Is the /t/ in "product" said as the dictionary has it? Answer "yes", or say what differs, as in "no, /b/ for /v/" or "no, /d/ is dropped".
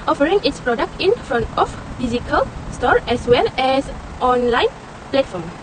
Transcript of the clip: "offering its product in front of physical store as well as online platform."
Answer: yes